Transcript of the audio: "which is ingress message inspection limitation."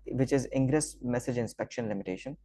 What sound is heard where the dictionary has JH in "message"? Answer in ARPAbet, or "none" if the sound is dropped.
JH